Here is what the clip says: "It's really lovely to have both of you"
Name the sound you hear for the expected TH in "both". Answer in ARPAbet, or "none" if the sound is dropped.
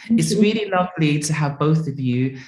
TH